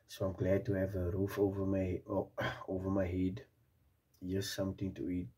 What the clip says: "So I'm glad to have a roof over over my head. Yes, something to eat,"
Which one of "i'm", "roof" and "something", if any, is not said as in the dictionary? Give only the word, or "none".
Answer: something